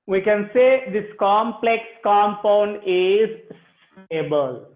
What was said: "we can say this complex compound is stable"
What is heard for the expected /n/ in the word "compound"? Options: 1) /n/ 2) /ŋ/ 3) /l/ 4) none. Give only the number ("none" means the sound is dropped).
1